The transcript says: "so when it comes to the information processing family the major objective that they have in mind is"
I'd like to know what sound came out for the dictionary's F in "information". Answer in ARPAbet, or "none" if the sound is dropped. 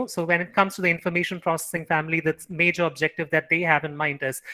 F